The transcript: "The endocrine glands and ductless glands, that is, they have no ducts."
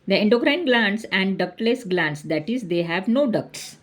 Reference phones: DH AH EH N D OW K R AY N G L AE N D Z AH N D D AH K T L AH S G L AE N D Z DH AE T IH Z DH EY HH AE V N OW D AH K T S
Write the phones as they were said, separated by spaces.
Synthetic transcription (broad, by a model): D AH EH N D OW K R AY N G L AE N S AH N D D AH K T L AH S G L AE N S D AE T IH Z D EY HH AE V N OW D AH K T S